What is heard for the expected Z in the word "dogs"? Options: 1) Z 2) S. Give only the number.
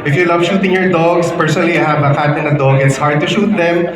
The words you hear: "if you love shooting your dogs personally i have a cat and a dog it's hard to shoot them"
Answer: 2